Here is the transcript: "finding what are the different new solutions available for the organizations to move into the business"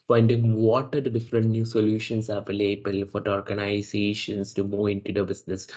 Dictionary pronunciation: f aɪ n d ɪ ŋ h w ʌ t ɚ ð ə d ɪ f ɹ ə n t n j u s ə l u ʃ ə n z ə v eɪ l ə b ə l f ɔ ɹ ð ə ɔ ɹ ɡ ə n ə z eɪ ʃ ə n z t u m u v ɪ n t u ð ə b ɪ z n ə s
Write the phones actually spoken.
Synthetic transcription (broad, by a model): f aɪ n d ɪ ŋ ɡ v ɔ t ɚ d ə d ɪ f ɹ ə n t n j u s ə l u ʃ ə n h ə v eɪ l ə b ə l f ɔ ɹ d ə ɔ ɹ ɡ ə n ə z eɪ ʃ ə n s t u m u ɪ n t u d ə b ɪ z n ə s